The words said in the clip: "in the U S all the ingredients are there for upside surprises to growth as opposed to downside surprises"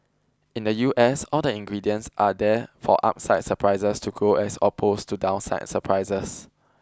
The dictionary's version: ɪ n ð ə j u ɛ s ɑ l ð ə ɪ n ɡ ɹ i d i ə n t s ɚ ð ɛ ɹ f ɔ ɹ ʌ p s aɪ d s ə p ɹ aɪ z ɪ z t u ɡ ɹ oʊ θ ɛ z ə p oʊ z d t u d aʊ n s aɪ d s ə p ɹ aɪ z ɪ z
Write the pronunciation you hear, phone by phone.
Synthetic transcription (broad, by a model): ɪ n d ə j u ɛ s ɑ l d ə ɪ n ɡ ɹ i d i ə n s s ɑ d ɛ f ɔ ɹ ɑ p s aɪ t s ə p ɹ aɪ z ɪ s t u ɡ oʊ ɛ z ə p oʊ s t u d aʊ n s aɪ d s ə p ɹ aɪ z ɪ s